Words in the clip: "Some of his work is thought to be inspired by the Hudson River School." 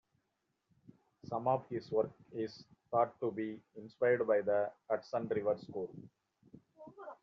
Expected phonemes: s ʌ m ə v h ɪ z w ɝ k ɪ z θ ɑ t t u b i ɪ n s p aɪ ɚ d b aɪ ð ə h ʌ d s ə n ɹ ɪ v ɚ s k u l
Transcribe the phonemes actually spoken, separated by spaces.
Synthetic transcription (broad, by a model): s ʌ m ə v h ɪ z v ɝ k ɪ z t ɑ t t u b i ɪ n s p aɪ ɚ d b aɪ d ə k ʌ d s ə n ɹ ɪ v ɚ s k u l